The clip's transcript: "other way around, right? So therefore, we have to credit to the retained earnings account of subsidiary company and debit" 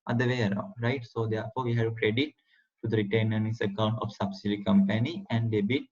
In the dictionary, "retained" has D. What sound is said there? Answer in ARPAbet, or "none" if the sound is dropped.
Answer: none